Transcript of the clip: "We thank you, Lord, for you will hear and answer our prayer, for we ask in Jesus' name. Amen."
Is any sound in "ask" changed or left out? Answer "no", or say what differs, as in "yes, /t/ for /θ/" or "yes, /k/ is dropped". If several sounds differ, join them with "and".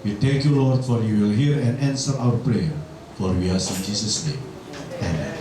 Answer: yes, /k/ is dropped